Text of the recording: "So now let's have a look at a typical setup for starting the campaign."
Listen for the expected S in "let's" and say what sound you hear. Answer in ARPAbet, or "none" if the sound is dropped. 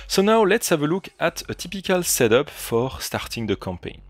S